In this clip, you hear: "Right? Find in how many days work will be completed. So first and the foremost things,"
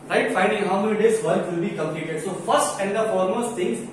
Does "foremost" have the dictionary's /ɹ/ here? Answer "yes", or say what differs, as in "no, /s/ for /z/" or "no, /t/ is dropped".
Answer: no, /l/ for /ɹ/